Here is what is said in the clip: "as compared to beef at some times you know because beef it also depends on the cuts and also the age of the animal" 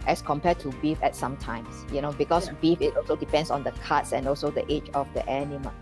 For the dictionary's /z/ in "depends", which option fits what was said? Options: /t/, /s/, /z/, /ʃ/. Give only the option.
/s/